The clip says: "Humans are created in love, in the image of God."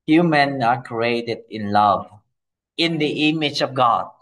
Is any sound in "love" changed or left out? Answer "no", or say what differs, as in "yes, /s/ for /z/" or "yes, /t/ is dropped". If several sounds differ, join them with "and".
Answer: no